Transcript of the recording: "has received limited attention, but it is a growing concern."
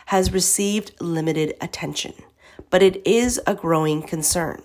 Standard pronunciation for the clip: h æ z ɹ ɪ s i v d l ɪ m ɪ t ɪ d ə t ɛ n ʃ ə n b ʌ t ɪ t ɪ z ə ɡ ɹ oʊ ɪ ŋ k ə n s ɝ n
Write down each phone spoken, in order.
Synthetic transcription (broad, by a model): h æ z ɹ ɪ s i v d l ɪ m ɪ t ɪ d ə t ɛ n ʃ ə n b ʌ t ɪ t ɪ z ə ɡ ɹ oʊ ɪ ŋ k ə n s ɝ n